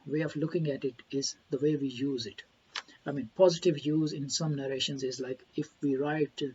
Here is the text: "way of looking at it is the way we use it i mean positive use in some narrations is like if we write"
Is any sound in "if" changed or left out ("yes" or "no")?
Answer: no